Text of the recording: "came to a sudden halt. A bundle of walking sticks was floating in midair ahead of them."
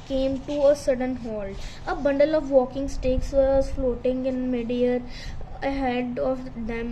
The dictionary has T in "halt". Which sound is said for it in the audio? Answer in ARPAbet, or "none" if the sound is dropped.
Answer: none